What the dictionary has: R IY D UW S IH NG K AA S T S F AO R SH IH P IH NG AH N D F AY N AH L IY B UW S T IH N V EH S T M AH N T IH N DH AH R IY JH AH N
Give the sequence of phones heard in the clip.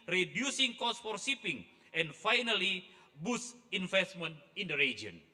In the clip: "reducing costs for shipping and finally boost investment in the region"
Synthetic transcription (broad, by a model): R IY D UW S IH NG K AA S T F AO R S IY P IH NG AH N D F AY N AH L IY B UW S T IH N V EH S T M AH N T IH N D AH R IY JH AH N